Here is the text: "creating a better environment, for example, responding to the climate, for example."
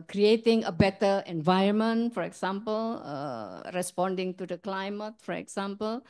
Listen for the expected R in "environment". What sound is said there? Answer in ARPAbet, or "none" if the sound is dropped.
none